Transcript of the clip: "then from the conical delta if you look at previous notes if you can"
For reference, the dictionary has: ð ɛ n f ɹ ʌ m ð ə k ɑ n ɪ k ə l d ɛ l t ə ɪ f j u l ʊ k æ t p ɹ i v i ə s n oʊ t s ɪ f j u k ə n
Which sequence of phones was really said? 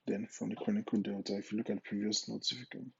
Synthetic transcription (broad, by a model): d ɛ n f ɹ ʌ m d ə k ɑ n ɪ k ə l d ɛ t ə ɪ f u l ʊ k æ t p ɹ i v i ə s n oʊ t ɪ f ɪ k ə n